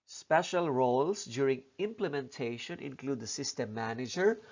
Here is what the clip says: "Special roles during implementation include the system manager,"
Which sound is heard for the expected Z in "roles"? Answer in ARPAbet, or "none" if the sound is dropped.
S